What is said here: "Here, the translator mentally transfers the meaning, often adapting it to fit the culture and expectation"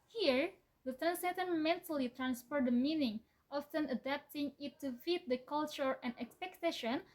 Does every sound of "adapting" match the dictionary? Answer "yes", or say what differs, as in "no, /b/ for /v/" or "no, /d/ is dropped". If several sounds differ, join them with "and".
yes